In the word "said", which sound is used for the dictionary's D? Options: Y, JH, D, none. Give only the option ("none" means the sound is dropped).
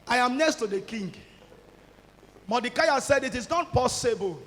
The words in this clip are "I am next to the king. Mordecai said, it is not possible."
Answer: D